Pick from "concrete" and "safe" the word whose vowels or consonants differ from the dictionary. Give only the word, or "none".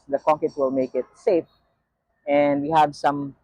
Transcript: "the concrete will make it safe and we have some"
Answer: concrete